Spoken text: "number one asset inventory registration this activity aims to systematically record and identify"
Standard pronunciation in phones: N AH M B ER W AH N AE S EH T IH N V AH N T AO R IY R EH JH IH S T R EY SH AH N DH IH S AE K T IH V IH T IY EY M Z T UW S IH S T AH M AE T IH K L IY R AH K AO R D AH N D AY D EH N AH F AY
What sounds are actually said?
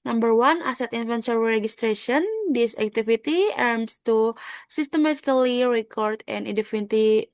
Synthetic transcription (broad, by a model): N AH M B ER W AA N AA S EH T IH N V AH N S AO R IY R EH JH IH S T R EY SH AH N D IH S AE K T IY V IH T IY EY M S T UW S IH S T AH M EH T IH K L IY R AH K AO R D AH N D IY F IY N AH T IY